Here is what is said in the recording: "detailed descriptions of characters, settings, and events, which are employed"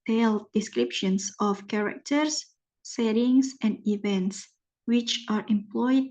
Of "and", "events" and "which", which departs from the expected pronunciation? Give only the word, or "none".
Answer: none